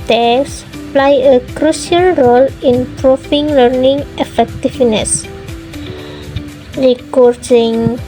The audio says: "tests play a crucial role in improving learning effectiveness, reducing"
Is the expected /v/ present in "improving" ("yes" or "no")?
no